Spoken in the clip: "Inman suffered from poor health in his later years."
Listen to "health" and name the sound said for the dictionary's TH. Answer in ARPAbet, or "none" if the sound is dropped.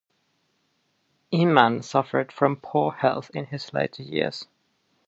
TH